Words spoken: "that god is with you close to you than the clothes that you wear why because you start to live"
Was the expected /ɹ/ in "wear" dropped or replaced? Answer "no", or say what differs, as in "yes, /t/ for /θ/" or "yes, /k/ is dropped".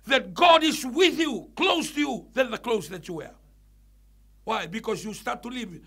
no